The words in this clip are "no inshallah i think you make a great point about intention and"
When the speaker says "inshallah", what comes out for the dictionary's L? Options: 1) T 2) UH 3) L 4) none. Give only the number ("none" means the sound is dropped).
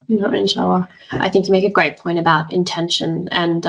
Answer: 4